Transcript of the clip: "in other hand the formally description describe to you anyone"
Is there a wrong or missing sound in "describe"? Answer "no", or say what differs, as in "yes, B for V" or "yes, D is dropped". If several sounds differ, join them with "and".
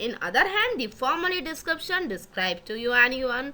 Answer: no